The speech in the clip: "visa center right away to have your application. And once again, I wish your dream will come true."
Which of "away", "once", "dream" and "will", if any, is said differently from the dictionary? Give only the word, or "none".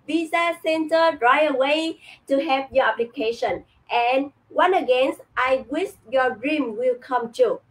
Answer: once